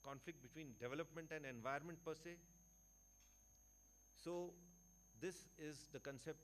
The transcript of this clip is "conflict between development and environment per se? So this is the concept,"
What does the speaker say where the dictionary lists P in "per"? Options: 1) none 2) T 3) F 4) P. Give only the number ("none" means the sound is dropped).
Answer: 4